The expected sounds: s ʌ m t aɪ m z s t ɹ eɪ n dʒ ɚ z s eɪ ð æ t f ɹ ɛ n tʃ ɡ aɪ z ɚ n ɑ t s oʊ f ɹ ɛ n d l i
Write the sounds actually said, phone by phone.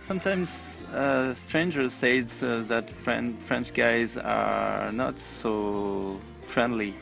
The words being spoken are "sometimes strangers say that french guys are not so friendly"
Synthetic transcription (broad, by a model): s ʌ m t aɪ m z s t ɹ eɪ n dʒ ɚ z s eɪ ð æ t f ɹ ɛ n tʃ ɡ aɪ z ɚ n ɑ t s oʊ f ɹ ɛ n d l i